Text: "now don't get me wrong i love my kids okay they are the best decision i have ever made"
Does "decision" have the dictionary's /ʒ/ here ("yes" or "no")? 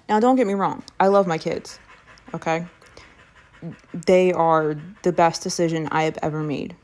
yes